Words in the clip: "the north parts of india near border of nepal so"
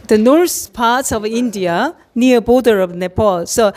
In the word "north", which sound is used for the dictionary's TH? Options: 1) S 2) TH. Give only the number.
1